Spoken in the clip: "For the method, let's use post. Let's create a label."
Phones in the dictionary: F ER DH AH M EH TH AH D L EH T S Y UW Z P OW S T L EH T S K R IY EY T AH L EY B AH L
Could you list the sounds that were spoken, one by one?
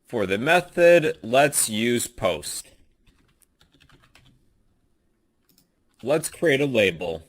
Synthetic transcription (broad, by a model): F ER DH AH M EH TH AH D L EH T S Y UW Z P OW S T L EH T S K R IY EY T AH L EY B L